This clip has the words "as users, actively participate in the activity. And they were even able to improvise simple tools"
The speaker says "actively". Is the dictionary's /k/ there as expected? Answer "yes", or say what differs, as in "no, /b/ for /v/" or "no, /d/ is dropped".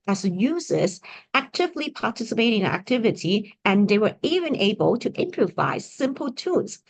yes